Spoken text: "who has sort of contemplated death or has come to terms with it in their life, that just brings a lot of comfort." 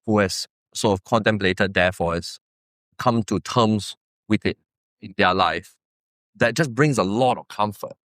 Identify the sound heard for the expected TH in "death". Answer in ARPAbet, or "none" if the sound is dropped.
F